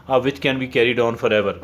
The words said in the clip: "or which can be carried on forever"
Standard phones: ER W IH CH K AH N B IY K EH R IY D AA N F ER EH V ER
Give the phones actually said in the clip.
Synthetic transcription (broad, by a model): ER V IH CH K AH N B IY K EH R IY D AA N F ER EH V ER